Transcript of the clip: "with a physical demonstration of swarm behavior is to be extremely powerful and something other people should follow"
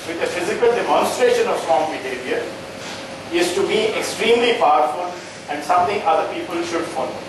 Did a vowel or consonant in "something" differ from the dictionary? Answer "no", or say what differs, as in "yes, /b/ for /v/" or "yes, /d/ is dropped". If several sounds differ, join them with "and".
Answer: yes, /t/ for /θ/